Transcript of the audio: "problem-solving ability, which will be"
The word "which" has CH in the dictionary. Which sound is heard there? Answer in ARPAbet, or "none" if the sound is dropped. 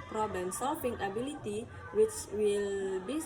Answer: CH